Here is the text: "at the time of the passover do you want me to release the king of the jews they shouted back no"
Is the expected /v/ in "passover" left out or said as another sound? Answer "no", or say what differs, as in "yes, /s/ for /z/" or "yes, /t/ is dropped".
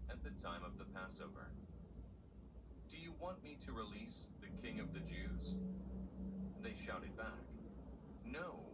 no